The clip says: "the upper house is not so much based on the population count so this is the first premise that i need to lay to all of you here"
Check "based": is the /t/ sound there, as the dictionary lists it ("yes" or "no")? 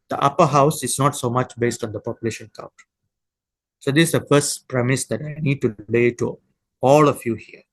yes